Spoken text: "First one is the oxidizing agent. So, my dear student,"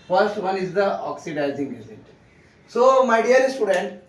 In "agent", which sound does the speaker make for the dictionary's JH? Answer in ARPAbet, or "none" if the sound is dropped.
Z